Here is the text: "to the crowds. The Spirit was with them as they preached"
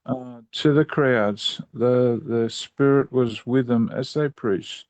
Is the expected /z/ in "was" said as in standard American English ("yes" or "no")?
yes